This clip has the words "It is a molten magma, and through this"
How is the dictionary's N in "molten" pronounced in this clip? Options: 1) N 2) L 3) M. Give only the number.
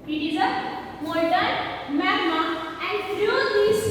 2